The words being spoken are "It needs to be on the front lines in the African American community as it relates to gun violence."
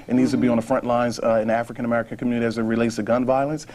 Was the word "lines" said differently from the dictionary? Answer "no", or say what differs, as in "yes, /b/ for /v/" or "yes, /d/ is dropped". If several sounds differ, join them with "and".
no